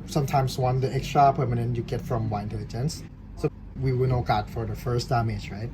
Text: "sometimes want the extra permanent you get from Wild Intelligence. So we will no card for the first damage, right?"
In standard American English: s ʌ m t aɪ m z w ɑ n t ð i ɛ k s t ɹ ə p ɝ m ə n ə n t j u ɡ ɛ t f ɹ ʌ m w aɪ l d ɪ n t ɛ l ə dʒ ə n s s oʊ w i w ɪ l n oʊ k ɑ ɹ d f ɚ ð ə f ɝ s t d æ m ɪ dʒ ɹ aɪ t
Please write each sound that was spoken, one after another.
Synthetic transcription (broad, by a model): s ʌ m t aɪ m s w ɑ n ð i ɛ k s t ɹ ə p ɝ m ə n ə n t j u ɡ ɛ t f ɹ ʌ m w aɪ ɪ n t ɛ l ə dʒ ə n s s oʊ w i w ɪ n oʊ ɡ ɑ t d f ɚ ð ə f ɝ s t d æ m ɪ dʒ ɹ aɪ t